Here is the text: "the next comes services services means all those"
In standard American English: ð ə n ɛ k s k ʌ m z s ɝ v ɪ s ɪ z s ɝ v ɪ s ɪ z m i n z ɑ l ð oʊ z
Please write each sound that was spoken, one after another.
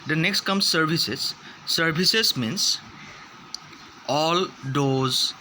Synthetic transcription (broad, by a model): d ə n ɛ k s k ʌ m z s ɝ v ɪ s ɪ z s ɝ b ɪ s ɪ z m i n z ɑ l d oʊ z